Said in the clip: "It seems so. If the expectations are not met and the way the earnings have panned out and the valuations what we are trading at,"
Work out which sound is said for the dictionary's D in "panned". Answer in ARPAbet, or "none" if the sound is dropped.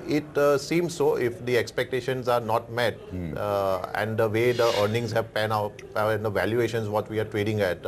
none